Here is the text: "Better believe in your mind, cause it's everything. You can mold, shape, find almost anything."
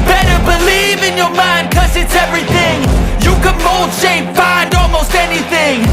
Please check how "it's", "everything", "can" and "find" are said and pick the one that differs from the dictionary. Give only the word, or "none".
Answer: none